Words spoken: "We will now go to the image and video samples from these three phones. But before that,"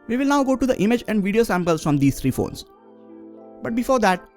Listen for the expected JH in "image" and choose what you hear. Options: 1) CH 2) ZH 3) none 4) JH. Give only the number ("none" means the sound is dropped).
4